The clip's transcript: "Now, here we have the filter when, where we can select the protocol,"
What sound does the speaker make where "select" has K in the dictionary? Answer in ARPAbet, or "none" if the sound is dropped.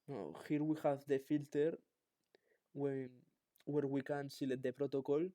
none